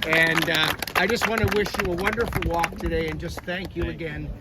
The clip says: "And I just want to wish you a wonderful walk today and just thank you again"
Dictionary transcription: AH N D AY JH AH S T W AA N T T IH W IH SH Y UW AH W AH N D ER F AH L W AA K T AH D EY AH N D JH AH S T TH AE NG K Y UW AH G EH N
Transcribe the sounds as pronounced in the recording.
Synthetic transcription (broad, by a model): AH N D AY JH AH S T W AA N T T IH W IH SH Y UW AH W AH N D ER F L W AA K T AH D EY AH N JH AH S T TH AE NG K Y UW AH G EH N